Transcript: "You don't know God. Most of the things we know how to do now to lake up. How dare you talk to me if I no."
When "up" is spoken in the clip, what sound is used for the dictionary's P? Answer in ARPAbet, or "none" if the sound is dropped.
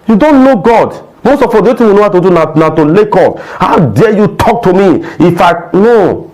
F